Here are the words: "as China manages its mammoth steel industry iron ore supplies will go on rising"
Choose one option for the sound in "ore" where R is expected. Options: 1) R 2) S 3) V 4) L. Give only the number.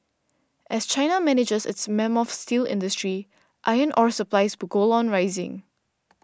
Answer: 1